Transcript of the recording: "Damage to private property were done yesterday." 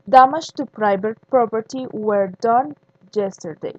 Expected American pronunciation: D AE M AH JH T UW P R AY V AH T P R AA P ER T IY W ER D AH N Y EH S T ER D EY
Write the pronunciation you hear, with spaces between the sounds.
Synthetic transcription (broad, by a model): D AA M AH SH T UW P R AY B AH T P R AA P ER T IY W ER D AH N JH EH S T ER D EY